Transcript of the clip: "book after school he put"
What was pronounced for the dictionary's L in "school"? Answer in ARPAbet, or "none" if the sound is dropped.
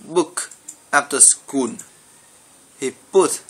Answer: N